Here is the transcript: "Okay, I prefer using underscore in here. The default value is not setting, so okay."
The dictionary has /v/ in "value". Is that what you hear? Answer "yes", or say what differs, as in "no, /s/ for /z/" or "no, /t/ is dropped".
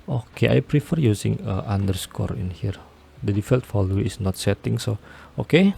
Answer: no, /f/ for /v/